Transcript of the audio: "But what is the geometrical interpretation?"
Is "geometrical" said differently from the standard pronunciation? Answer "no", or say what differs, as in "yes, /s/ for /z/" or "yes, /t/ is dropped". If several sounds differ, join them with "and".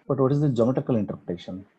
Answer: yes, /ɹ/ is dropped